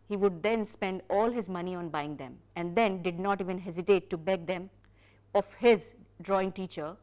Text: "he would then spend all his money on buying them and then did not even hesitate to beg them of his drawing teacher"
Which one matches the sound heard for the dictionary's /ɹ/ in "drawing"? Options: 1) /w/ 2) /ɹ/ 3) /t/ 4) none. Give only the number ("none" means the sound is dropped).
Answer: 2